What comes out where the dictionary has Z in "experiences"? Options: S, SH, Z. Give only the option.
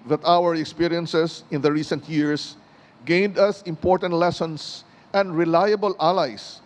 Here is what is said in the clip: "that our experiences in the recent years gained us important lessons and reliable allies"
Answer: S